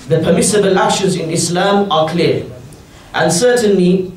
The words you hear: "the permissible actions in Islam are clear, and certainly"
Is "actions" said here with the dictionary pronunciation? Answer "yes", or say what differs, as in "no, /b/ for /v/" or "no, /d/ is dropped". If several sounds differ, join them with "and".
no, /k/ is dropped and /n/ is dropped